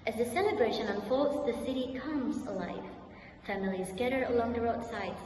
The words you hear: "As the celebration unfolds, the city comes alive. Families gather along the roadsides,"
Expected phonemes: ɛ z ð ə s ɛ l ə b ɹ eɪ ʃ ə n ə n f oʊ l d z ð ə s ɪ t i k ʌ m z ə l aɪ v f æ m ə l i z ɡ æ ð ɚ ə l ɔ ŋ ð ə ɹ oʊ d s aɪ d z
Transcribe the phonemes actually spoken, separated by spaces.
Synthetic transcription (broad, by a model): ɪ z ð ə s ɛ l ə b ɹ eɪ ʃ ə n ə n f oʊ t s ð ə s ɪ t i k ʌ m z ə l aɪ v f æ m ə l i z ɡ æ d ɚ ə l ɔ ŋ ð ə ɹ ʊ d s aɪ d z